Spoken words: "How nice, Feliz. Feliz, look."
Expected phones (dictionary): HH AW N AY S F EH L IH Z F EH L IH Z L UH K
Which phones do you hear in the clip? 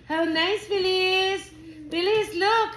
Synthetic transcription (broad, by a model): HH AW N AY S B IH L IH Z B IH L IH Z L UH K